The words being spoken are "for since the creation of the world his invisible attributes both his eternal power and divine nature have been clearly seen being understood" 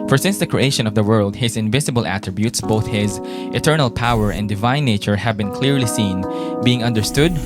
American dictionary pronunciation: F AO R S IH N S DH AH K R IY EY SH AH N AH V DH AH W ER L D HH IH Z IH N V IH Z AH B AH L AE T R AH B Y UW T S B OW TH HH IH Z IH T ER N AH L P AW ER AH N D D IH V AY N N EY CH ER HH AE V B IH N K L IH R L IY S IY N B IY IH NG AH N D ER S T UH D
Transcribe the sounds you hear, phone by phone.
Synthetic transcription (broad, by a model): F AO R S IH N S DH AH K R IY EY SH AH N AH V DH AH W ER L D HH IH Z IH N V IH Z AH B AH L AE T R AH B Y UW T S B OW TH HH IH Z IH T ER N AH L P AW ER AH N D D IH V AY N N EY CH ER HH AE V B IH N K L IH R L IY S IY N B IY IH NG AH N D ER S T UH D